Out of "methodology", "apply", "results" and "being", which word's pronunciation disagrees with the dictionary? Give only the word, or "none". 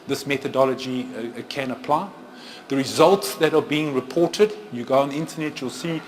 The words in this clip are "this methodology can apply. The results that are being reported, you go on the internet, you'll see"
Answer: none